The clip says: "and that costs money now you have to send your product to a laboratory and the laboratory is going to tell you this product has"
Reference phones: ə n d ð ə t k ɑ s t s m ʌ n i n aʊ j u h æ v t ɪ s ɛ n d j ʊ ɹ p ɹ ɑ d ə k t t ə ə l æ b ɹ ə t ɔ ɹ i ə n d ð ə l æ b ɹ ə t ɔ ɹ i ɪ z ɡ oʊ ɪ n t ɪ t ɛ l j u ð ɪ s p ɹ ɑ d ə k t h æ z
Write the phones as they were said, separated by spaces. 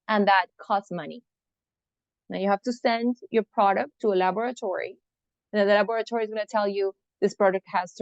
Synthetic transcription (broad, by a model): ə n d ð ə t k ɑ s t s m ʌ n i n aʊ j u h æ f t ɪ s ɛ n d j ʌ ɹ p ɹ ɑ d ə k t t ə ə l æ b ɹ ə t ɔ ɹ i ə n ð ə l æ b ɹ ə t ɔ ɹ i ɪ z ɡ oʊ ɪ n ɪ t ɛ l j u ð ɪ s p ɹ ɑ d ə k t h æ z